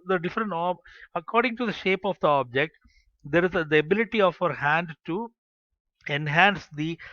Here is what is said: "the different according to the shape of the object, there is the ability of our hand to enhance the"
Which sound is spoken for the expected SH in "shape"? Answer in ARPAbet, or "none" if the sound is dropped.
SH